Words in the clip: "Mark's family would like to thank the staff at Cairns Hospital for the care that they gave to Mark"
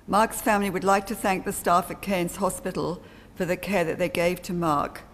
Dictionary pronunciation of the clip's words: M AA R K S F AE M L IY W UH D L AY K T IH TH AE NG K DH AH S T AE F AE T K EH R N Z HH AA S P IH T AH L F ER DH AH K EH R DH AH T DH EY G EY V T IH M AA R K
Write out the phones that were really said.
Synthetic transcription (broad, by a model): M AA R K S F AE M L IY W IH D L AY K T IH TH AE NG K DH AH S T AE F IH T K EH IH N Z HH AA S P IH T L F ER DH AH K EH R DH AH T DH EY G EY V T IH M AA R K